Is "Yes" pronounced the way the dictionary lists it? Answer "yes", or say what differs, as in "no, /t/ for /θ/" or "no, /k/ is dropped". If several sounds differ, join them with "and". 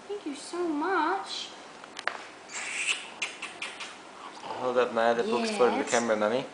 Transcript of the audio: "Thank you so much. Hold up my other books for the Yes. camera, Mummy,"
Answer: no, /s/ is dropped